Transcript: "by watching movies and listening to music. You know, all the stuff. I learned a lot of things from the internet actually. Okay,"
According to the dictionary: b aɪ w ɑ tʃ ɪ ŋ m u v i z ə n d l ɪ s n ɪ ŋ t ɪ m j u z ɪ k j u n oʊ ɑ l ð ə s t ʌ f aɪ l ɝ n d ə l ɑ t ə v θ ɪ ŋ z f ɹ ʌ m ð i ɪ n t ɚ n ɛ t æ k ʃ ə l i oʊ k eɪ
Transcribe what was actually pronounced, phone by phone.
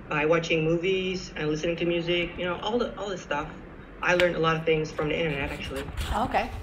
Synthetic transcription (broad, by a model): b aɪ w ɑ tʃ ɪ ŋ m u v i z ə n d l ɪ s n ɪ ŋ t ɪ m j u z ɪ k j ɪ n oʊ ɑ l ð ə s t ʌ f aɪ l ɝ n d ə l ɑ t ə v θ ɪ ŋ z f ɹ ʌ m ð i ɪ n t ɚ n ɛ t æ k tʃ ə l i oʊ k eɪ